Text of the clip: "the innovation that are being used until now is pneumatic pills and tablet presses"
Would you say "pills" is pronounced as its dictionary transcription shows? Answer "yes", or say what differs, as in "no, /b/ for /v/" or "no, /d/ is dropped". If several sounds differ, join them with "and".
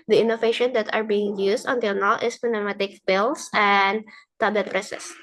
no, /s/ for /z/